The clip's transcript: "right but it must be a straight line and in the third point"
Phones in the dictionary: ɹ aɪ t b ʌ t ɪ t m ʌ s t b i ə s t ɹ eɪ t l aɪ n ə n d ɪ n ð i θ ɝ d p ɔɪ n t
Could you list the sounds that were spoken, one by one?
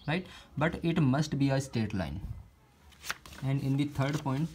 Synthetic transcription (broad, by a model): ɹ aɪ t b ʌ t ɪ t m ʌ s t b i ə s t eɪ t l aɪ n ə n d ɪ n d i t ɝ d p ɔɪ n t